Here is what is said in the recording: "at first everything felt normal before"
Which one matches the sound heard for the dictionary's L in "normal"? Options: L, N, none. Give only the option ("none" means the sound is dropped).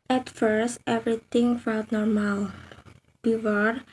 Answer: L